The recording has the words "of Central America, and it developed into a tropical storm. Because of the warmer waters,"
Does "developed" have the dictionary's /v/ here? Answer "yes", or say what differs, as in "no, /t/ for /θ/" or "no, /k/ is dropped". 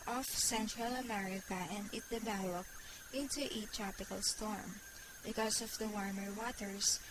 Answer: no, /b/ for /v/